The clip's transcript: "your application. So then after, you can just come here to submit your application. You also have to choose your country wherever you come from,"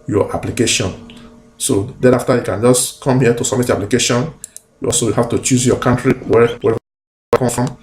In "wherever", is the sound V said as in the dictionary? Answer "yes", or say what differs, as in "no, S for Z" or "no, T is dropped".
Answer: no, V is dropped